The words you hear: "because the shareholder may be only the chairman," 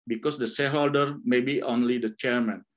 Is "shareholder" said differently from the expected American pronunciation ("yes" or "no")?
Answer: yes